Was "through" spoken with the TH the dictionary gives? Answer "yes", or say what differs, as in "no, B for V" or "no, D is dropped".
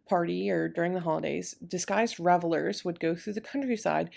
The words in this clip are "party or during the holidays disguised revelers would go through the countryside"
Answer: yes